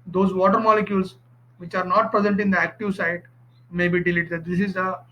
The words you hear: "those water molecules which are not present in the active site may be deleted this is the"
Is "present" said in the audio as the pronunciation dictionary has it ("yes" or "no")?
yes